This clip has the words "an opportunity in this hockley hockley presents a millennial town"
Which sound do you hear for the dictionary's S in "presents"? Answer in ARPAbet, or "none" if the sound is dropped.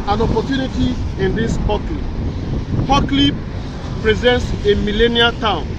S